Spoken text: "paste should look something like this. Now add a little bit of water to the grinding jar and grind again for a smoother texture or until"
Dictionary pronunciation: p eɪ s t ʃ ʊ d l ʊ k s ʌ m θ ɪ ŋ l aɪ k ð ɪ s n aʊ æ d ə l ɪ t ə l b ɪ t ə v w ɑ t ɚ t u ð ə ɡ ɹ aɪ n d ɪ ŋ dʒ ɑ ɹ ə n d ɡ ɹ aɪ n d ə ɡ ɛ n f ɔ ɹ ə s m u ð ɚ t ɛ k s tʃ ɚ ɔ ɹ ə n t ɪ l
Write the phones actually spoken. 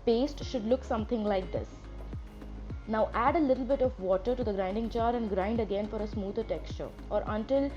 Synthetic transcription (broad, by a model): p eɪ s t ʃ ʊ d l ʊ k s ʌ m t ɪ ŋ l aɪ k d ɪ s n aʊ æ d ə l ɪ t l b ɪ t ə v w ɑ t ɚ t u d ə ɡ ɹ aɪ n d ɪ ŋ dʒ ɑ ɹ ə n d ɡ ɹ aɪ n d ə ɡ ɛ n f ɔ ɹ ə s m u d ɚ t ɛ k s tʃ ɚ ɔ ɹ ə n t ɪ l